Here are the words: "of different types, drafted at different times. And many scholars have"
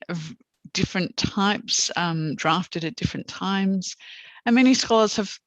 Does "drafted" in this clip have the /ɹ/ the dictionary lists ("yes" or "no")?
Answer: yes